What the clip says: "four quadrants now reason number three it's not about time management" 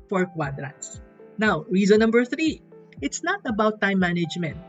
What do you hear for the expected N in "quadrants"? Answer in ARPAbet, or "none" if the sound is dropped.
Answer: none